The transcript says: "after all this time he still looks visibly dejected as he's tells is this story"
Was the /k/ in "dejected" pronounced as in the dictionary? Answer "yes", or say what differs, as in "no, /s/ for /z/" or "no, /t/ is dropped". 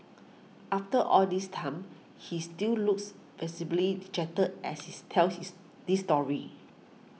no, /k/ is dropped